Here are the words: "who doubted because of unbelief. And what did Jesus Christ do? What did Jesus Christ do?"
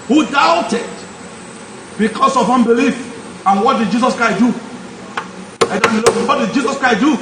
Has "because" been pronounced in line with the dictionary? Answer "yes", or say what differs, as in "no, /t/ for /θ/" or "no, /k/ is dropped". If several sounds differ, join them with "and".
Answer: no, /s/ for /z/